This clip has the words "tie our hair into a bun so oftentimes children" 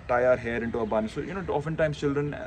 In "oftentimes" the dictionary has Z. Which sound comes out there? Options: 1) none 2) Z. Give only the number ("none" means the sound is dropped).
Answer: 1